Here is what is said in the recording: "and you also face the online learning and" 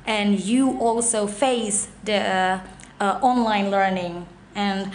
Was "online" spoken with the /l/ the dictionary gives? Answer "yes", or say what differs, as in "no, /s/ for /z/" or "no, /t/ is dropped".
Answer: yes